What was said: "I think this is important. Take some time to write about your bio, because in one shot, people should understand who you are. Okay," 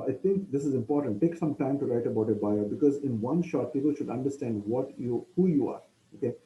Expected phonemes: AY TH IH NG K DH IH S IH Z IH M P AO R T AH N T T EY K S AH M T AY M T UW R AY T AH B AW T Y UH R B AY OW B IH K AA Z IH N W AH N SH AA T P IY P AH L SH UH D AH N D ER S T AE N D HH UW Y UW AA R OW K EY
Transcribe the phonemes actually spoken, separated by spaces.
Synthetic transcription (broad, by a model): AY T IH NG K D IH S IH Z IH M P AO R T AH N T T EY K S AH M T AY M T UW R AY T AH B AW T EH B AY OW B IH K AA Z IH N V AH N SH AA T P IY P AH L SH UH D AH N D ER S T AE N D HH UW Y UW AA R OW K EY